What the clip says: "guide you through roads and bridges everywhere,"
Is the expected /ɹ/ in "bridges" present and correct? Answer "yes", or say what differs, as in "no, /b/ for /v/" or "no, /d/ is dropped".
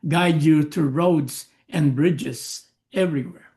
yes